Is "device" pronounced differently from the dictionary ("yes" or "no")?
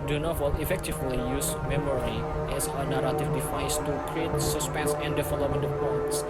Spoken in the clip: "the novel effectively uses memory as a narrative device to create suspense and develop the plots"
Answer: yes